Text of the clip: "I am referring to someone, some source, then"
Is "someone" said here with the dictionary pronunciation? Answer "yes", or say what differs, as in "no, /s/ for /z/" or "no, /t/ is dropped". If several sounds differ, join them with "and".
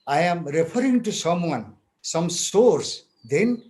yes